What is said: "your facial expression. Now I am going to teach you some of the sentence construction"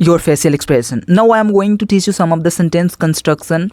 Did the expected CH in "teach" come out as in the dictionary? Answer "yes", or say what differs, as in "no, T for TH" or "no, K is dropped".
yes